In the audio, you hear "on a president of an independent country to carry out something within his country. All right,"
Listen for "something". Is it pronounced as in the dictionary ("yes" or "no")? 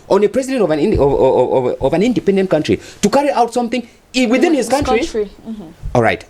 yes